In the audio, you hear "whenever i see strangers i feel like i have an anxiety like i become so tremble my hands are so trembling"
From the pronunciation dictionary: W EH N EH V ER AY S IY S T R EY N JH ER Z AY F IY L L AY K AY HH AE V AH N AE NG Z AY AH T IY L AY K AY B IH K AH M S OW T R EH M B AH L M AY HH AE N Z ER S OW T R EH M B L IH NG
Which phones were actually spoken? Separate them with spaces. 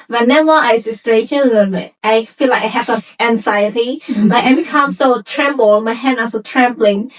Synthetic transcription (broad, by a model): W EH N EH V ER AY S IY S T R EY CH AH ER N AY F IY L L AY K AY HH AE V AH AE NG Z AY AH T IY L AY K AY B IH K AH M S OW T R EH M B AH L M AY HH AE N ER S OW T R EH M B L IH NG